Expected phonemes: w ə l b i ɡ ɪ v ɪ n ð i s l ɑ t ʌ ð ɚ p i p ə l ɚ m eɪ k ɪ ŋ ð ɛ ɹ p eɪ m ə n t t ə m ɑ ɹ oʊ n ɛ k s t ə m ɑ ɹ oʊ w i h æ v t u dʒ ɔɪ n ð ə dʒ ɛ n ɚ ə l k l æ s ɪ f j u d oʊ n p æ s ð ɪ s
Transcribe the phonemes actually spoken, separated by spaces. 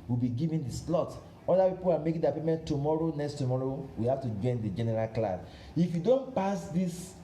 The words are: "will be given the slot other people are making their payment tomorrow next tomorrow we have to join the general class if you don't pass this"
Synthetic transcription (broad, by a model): w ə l b i ɡ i v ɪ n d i s l ɑ t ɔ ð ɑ p i p ə l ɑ m eɪ k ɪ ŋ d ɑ p eɪ m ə n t t ə m ɑ ɹ oʊ n ɛ k s t ə m ɑ ɹ oʊ w i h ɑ f t u dʒ ɔɪ n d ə dʒ ɛ n ɚ ə l k l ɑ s ɪ f j u d oʊ n p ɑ s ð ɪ s